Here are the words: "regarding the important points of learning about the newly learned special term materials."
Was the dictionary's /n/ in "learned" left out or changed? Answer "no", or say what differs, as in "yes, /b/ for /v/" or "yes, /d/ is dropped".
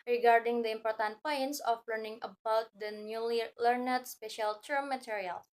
no